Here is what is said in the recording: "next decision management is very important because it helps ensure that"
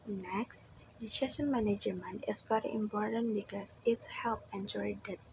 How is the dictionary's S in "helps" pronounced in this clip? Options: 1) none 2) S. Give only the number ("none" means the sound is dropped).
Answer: 1